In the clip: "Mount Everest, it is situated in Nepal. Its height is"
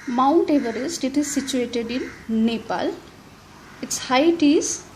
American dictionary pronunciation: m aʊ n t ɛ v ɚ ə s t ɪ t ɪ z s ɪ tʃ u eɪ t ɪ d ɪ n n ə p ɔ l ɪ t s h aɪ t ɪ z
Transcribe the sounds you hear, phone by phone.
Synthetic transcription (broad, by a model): m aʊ n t ɛ v ɚ ə s t ɪ t ɪ z s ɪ tʃ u eɪ t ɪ d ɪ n n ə p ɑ l ɪ t s h aɪ t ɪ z